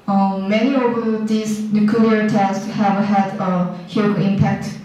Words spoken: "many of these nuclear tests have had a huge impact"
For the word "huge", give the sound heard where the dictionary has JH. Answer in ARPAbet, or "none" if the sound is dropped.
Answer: none